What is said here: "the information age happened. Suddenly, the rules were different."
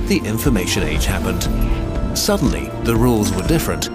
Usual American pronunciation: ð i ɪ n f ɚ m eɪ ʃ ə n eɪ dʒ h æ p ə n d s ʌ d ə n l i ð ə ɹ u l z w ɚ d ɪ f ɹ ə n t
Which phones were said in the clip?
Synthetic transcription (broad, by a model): ð i ɪ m f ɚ m eɪ ʃ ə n eɪ dʒ h æ p ə n d s ʌ d n l i ð ə ɹ u l z w ɚ d ɪ f ɹ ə n t